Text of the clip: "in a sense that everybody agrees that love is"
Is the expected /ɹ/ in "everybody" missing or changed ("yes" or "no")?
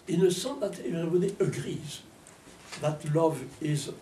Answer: yes